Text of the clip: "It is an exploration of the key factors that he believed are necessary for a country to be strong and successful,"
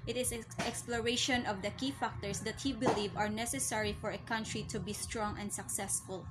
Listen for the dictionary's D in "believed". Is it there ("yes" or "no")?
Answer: no